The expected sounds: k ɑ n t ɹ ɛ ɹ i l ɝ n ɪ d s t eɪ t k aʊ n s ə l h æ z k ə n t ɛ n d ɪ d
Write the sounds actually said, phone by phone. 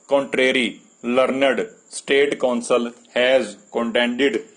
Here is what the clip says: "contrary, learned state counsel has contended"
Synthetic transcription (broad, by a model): k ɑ n t ɹ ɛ ɹ i l ɝ n ɪ d s t eɪ t k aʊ n s ə l h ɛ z k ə n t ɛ n d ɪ d